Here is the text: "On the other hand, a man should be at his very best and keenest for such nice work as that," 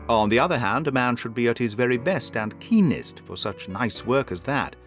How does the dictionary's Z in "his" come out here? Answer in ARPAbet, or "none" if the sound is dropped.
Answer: Z